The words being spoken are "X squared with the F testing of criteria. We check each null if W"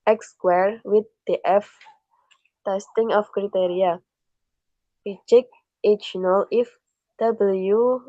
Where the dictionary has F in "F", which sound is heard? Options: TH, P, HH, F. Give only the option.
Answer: F